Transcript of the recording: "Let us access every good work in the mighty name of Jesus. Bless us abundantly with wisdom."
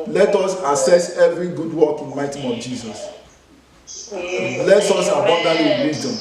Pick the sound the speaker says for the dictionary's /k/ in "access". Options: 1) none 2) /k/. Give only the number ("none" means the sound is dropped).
1